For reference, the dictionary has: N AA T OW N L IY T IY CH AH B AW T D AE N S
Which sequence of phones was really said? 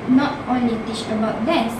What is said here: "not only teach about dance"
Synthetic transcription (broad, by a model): N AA T OW N L IY T IY CH AH B AW T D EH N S